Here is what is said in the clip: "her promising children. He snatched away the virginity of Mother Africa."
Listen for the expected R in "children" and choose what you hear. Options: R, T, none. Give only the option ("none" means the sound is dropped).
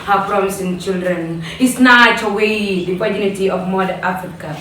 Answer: R